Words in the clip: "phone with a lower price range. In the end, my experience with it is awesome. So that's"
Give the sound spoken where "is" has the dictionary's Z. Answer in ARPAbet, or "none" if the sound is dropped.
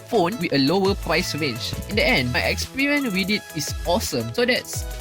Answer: S